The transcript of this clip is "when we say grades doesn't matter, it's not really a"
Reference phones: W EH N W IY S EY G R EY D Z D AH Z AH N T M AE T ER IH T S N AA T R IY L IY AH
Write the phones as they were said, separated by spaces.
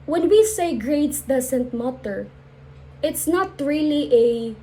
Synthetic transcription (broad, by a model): W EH N W IY S EY G R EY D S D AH S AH N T M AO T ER IH T S N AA T R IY L IY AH